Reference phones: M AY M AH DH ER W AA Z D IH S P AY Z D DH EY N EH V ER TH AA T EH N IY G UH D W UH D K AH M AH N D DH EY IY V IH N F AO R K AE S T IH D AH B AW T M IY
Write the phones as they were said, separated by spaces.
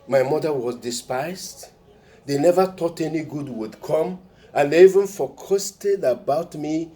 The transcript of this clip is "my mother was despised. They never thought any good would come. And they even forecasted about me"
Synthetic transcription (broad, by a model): M AY M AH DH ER W AA Z D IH S P AY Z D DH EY N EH V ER T AA T EH N IY G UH D W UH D K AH M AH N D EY IY V IH N F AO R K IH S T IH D AH B AW T M IY